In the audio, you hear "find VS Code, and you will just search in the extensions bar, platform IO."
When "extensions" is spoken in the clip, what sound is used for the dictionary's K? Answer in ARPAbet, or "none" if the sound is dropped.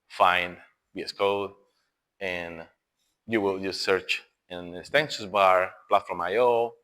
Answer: none